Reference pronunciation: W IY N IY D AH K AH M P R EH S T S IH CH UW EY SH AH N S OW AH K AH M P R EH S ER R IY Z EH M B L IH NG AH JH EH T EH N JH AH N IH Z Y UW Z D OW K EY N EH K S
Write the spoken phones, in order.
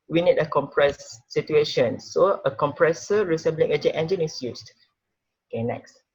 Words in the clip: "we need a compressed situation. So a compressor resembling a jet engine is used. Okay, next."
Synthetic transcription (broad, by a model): W IY N IY D AH K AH M P R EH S S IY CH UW EY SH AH N S OW AH K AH M P R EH S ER R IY S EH B L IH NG AH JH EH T EH N JH AH N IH S Y UW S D OW K EY N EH K S